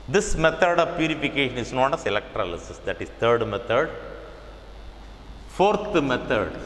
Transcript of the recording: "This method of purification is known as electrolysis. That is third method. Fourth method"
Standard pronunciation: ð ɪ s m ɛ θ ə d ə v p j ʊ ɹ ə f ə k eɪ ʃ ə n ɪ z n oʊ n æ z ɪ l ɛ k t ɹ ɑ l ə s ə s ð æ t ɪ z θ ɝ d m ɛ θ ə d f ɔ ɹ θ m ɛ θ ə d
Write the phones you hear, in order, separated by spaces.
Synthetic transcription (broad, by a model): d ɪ s m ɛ t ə d ə v p j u ɹ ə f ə k eɪ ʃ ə n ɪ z n oʊ n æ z ɪ l ɛ k t ɹ ɑ l ə s ə s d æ t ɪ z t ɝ d m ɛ t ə d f ɔ ɹ t m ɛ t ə d